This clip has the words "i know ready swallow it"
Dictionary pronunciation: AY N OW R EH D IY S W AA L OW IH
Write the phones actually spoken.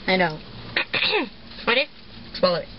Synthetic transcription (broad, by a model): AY N OW W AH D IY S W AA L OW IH